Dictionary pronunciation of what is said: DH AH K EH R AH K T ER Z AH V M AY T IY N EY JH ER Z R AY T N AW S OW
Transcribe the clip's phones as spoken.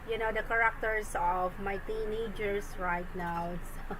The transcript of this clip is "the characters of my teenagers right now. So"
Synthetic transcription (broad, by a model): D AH K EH R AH K T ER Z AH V M AY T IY N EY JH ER S R AY T N AW S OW